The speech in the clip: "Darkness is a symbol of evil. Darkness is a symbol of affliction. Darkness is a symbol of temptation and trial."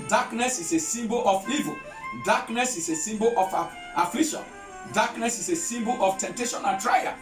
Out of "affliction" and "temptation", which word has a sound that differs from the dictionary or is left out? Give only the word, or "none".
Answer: affliction